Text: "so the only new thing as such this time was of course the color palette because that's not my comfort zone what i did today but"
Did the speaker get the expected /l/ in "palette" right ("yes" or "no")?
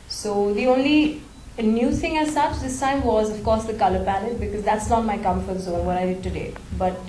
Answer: no